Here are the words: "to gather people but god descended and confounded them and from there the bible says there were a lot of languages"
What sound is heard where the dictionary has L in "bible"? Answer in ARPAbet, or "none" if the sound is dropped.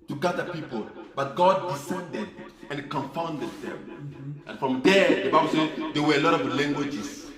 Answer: W